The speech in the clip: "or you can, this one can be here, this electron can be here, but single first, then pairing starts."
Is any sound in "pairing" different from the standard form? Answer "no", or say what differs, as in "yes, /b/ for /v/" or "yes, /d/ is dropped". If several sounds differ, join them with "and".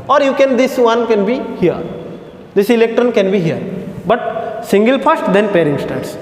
no